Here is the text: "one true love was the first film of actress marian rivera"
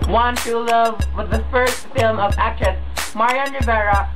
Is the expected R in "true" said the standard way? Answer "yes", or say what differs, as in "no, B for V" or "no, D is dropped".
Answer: no, R is dropped